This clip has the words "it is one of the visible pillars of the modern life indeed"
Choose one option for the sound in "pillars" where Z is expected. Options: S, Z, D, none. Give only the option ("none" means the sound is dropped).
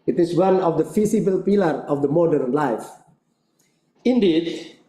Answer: none